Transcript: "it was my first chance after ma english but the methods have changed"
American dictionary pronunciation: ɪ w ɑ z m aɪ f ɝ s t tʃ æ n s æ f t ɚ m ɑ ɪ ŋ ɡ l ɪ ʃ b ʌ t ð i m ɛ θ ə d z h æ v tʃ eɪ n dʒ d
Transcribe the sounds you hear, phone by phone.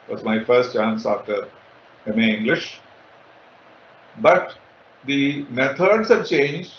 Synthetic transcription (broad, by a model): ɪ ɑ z m aɪ f ɝ s t tʃ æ n s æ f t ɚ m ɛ ɪ ŋ ɡ l ɪ ʃ b ʌ t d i m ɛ t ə d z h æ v tʃ eɪ n dʒ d